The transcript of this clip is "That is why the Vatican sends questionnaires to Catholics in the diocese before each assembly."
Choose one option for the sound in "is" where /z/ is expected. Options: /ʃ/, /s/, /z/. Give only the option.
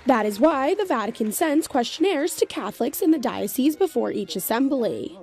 /z/